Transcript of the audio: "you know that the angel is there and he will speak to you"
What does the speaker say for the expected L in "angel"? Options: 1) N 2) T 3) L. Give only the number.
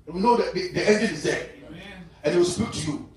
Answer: 1